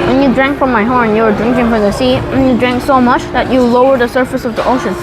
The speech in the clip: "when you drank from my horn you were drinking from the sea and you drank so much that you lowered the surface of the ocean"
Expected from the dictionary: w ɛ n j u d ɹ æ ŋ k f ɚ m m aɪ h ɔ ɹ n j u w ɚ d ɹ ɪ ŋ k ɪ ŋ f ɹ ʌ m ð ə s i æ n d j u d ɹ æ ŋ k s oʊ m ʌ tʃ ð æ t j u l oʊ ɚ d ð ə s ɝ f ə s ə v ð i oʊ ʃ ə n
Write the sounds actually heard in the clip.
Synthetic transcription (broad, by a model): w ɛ n j u d ɹ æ ŋ k f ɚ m m aɪ h ɔ ɹ n j u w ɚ d ɹ ɪ ŋ k ɪ ŋ f ɹ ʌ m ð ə s i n j u d ɹ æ ŋ k s oʊ m ʌ tʃ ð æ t j u l oʊ ɚ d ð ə s ɝ f ə s ə v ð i oʊ ʃ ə n